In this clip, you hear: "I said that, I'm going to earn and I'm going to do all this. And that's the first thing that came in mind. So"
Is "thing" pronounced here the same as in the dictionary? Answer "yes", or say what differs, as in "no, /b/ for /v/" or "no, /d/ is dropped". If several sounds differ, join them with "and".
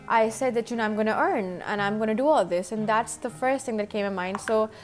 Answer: yes